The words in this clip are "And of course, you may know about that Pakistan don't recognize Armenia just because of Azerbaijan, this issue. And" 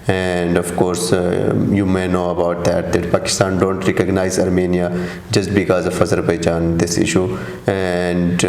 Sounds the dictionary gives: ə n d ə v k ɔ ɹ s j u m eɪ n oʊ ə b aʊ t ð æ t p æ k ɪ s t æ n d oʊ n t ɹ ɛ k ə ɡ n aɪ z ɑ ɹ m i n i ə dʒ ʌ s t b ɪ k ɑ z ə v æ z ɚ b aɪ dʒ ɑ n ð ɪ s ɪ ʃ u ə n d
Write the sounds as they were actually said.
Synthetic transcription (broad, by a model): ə n d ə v k ɔ ɹ s j u m eɪ n oʊ ə b aʊ t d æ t p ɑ k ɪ s t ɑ n d oʊ n t ɹ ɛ k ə ɡ n aɪ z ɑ ɹ m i n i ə dʒ ʌ s t b ɪ k ɑ z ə f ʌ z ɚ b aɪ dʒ ɑ n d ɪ s ɪ ʃ u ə n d